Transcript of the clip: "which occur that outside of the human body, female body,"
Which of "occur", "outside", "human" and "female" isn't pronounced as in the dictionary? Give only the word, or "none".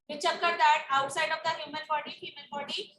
female